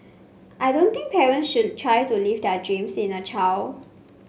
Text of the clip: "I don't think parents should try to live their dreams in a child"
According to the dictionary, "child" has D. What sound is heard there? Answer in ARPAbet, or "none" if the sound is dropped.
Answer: none